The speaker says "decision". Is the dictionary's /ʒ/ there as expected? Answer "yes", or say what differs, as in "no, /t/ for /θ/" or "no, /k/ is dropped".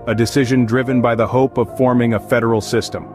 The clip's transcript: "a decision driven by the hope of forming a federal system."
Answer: yes